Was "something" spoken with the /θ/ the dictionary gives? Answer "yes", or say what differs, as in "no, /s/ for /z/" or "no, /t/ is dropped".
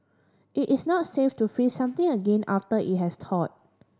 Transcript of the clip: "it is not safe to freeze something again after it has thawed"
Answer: no, /t/ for /θ/